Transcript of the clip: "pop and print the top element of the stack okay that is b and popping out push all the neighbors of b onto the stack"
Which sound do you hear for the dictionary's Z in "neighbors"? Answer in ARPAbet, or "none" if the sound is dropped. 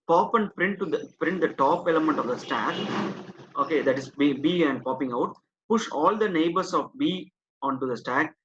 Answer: S